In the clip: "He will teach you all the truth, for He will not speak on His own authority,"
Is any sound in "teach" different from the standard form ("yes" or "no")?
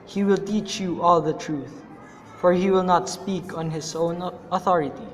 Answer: no